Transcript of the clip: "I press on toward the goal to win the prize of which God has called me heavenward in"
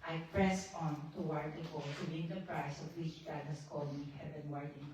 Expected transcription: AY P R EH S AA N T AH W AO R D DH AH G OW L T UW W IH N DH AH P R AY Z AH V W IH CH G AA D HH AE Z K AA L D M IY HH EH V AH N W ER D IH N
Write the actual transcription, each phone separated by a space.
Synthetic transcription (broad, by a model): AY P R EH S AA N T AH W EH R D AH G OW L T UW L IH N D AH P R AY S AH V W IH CH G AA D HH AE S K AA L D M IY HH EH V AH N W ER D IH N